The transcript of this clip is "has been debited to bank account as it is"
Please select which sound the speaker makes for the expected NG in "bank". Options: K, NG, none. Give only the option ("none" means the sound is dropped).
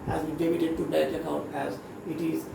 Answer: none